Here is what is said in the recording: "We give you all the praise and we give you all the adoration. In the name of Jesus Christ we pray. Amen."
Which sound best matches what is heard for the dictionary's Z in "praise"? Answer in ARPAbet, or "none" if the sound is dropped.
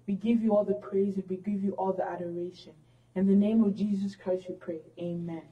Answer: Z